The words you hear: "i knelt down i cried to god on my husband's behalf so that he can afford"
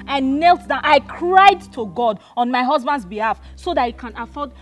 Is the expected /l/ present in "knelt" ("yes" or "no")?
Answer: yes